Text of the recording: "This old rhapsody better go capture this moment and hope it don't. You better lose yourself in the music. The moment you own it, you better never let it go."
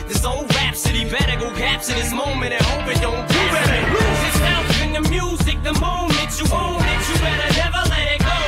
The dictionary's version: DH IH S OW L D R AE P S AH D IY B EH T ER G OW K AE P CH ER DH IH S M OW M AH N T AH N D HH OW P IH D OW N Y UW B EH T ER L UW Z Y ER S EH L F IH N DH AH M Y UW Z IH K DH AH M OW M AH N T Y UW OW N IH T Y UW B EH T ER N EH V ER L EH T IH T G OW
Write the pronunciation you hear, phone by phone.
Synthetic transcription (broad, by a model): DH IH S OW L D R AE P S AH D IY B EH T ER G OW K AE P S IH DH IH S M OW M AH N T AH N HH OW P IH D OW N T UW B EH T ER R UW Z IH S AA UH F IH N DH AH M Y UW Z IH K DH AH M OW M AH N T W OW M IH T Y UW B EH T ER N EH V ER L EH T IH T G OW